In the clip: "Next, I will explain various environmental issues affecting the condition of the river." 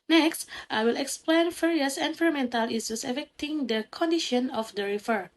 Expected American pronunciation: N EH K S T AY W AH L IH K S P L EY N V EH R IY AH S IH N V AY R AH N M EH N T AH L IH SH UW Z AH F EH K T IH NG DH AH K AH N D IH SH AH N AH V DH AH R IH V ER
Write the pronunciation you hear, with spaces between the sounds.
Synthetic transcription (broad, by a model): N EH K S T AY W AH L IH K S P L EY N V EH R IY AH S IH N F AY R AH M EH N T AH L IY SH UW S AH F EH K T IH NG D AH K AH N D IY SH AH N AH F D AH R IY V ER